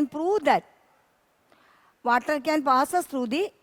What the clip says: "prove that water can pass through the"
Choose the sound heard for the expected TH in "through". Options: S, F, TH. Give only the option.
S